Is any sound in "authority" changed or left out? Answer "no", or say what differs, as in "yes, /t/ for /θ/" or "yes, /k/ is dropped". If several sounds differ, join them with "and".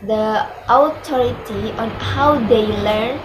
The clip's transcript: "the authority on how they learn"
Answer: yes, /t/ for /θ/